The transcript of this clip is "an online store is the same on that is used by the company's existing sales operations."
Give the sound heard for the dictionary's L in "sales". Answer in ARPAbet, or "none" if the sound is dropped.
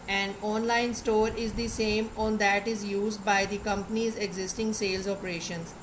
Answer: L